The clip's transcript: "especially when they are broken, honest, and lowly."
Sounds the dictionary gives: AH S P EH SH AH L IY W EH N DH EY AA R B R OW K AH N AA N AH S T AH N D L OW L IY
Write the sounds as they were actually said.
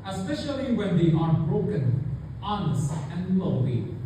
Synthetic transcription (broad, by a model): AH S P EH SH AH L IY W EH N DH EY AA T B R OW K AH N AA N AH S AH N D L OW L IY